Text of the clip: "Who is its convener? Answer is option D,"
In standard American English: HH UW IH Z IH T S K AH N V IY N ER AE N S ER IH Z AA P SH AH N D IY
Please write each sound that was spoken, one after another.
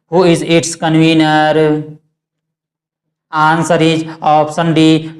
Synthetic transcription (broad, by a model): HH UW IH Z IH T S K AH N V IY N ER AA N S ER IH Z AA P S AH N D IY